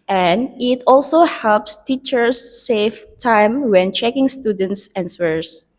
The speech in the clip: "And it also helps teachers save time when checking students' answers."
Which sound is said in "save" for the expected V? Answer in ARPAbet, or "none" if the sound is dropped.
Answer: F